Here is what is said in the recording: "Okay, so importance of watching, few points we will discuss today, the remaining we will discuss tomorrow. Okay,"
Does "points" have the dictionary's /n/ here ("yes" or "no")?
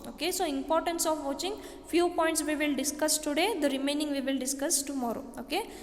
yes